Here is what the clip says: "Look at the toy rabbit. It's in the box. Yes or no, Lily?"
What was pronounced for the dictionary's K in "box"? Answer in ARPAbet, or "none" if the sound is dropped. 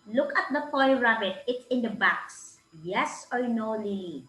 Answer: K